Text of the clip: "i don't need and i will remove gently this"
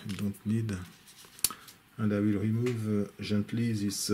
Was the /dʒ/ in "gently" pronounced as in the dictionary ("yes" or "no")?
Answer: no